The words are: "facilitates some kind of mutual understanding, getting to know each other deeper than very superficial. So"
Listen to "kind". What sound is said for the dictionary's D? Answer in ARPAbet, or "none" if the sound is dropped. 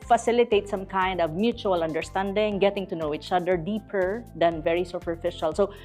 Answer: D